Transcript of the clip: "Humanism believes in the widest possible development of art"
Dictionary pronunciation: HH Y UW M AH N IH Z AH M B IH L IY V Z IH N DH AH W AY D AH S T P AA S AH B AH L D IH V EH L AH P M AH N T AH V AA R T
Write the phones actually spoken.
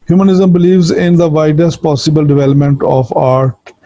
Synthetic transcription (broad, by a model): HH Y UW M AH N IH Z AH M B IH L IY V Z IH N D AH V AY D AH S T P AA S AH B AH L D IH V EH L AH P M AH N T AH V AA R T